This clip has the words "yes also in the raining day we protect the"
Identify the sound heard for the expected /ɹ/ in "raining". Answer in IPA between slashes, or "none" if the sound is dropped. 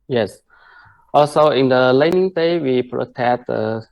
/l/